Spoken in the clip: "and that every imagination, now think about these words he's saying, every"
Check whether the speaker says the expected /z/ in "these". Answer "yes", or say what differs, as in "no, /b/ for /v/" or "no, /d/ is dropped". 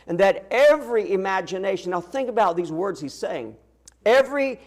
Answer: yes